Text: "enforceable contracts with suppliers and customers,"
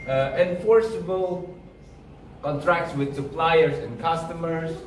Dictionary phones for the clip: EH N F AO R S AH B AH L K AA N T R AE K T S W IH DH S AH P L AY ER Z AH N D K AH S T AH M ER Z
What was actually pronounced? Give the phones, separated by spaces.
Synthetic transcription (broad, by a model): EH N F AO R S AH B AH L K AA N T R AE K T S W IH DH S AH P L AY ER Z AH N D K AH S T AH M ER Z